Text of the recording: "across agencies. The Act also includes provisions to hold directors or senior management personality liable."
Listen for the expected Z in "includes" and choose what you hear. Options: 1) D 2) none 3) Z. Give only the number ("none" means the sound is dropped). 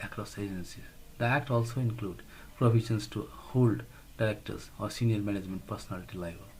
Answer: 2